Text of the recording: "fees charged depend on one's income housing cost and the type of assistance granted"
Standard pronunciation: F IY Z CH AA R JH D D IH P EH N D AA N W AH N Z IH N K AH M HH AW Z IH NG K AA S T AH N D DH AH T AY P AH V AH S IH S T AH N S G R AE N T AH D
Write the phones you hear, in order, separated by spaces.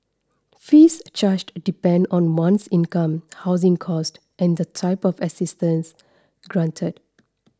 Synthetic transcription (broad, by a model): F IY S CH AA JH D D IH P EH N D AA N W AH N S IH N K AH M HH AW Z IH NG K AA S T AH N D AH T AY P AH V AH S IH S T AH N S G R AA N T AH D